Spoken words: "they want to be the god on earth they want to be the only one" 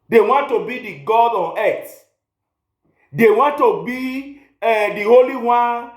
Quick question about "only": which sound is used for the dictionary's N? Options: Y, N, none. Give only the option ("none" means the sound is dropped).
none